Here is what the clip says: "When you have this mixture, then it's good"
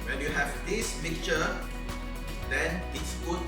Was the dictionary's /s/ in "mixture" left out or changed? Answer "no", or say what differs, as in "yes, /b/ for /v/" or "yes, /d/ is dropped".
yes, /s/ is dropped